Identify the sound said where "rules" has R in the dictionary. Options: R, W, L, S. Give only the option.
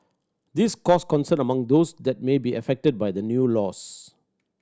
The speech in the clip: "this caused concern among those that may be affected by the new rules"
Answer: L